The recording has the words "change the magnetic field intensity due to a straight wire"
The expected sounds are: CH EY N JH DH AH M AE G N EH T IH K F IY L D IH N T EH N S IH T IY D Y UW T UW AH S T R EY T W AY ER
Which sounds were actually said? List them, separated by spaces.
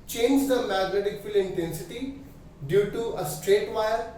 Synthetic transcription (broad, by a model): CH EY N JH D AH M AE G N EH T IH K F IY L IH N T EH N S IH T IY D Y UW T UW AH S T R EY T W AY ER